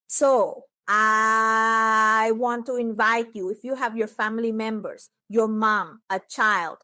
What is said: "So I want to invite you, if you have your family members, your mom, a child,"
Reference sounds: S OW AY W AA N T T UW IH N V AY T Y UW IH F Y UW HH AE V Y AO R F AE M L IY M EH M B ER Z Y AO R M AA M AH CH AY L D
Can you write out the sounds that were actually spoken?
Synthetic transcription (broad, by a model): S OW AY W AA N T T UW IH N V AY T Y UW IH F Y UW HH AE V Y AO R F AE M L IY M EH M B ER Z Y AO R M AA M AH CH AY L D